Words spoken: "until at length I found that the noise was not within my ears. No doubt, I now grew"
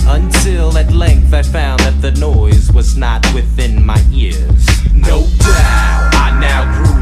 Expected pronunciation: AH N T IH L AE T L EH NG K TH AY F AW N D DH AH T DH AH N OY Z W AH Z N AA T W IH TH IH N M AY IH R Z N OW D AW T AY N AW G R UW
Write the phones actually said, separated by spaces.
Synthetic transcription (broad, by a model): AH N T IH L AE T L EH NG K TH AY F AW N DH AH T DH AH N OY Z W AH Z N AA T W IH TH IH N M AY IH R Z N OW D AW AY N AW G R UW